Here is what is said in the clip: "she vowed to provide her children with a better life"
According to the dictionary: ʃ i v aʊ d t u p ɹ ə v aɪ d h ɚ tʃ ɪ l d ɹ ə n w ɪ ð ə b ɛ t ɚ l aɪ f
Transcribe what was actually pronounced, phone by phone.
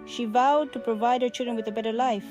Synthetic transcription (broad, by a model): ʃ i v aʊ d t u p ɹ ə v aɪ d h ɚ tʃ ɪ l d ɹ ə n w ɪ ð ə b ɛ t ɚ l aɪ f